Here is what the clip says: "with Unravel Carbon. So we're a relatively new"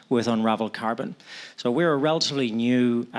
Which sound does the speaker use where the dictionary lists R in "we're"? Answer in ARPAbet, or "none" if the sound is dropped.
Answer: R